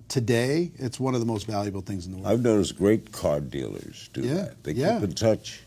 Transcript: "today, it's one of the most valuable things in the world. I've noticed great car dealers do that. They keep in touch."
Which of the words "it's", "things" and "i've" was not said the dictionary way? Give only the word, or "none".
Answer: none